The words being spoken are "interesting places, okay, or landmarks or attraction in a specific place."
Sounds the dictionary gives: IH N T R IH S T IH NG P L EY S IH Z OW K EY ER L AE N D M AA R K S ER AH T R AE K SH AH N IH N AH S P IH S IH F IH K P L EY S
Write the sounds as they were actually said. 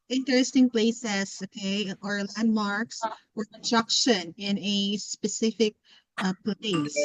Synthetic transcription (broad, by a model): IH N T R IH S T IH NG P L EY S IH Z OW K EY ER L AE N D M AA R K S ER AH S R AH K SH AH N IH N AH S P IH S IH F IH K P L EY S